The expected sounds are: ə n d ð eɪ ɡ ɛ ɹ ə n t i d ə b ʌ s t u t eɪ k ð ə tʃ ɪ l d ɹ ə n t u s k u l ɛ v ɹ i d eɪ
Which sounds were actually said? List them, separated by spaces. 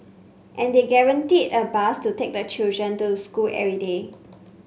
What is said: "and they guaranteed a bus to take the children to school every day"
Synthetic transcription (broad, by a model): ə n d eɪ ɡ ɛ ɹ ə n t i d ə b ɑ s t u t eɪ k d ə tʃ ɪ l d ɹ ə n t u s k u l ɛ ɹ i d eɪ